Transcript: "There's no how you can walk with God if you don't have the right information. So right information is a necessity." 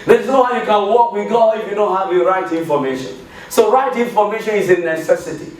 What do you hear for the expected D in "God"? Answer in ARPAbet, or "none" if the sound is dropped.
none